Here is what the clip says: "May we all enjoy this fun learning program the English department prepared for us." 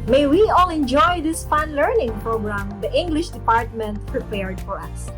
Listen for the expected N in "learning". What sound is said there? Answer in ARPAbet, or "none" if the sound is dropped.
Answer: N